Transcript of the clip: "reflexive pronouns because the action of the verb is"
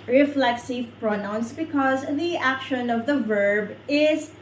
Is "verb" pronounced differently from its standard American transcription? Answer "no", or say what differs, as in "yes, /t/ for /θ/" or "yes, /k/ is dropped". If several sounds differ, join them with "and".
no